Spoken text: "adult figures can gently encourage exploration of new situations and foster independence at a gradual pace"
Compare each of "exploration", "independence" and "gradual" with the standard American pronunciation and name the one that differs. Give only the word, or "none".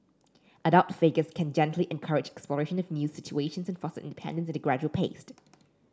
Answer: none